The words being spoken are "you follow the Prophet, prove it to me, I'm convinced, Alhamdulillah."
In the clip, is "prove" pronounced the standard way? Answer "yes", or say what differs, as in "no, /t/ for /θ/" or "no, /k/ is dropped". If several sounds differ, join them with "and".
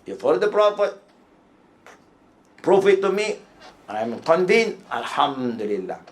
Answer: no, /f/ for /v/